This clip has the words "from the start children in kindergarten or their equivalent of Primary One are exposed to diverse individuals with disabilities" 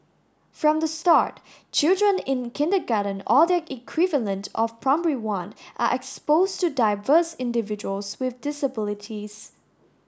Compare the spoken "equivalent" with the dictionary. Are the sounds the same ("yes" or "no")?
yes